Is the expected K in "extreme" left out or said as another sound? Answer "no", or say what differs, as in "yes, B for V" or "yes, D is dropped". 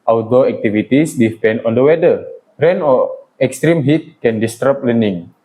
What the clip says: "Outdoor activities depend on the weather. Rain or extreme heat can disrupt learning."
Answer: no